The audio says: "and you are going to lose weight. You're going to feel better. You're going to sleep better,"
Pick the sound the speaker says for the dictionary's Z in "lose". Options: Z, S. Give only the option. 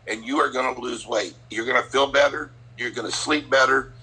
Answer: Z